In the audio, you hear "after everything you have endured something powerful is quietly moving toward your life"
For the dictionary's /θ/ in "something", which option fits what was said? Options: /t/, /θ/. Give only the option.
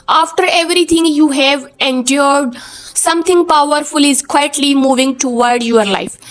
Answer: /t/